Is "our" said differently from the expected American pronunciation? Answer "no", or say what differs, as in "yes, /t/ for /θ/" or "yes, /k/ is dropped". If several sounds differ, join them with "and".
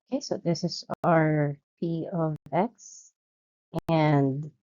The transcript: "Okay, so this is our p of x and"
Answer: no